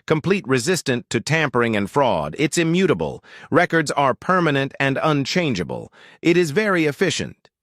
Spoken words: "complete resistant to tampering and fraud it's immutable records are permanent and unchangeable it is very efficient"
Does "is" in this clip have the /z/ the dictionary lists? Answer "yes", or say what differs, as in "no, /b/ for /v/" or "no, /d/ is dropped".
yes